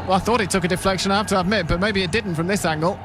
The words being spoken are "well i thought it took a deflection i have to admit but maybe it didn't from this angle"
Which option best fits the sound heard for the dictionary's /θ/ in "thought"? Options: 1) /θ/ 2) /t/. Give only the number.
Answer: 1